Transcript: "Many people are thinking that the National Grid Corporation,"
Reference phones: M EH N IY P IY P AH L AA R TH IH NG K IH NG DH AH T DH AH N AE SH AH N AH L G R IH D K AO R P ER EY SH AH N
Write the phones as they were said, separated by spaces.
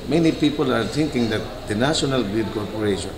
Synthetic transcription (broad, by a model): M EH N IY P IY P AH L AA R T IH NG K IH NG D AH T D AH N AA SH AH N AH L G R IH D K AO R P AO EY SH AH N